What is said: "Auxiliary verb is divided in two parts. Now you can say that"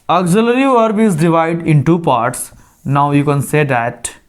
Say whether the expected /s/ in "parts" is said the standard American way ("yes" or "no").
yes